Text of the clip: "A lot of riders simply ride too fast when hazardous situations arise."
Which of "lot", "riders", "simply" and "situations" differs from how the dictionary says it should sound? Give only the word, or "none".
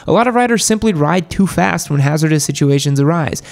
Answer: none